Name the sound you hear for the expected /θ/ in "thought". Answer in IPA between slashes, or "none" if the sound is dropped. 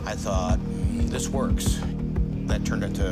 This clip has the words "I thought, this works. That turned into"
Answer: /θ/